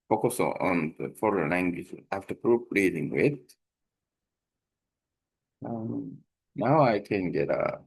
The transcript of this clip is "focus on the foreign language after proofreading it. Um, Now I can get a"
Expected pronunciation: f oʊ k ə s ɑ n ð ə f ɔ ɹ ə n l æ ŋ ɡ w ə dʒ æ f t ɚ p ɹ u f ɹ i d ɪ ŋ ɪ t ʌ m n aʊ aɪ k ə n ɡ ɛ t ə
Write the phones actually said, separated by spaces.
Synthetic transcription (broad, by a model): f oʊ k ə s ɑ n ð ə f ɔ ɹ ə n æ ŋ ɡ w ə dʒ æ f t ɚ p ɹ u p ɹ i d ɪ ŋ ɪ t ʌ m n aʊ aɪ k ə n ɡ ɛ t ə